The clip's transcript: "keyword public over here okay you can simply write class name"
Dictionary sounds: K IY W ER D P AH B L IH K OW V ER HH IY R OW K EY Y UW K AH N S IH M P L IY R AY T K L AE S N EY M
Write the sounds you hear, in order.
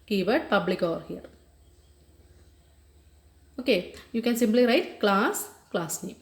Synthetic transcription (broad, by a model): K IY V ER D P AH B L IH K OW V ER HH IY R OW K EY Y UW K AH N S IH M P L IY R AY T K L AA S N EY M